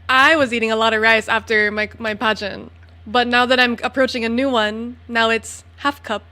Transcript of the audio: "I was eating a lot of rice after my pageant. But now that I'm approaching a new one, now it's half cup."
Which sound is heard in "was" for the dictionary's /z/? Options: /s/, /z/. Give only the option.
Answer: /z/